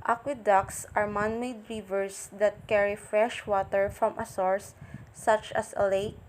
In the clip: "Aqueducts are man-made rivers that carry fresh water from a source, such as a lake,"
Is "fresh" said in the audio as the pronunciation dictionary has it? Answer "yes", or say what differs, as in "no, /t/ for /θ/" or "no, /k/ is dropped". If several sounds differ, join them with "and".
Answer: yes